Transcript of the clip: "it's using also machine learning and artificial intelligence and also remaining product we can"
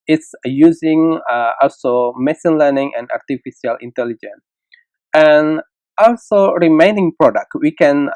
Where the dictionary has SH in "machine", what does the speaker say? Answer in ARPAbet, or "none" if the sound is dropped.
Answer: S